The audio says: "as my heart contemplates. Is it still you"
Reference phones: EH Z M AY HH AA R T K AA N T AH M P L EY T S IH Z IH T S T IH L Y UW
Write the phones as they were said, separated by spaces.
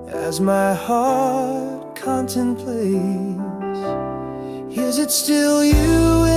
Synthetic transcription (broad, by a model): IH Z M AY HH AA R T K AA N T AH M P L EY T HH IH Z IH T S T IH L Y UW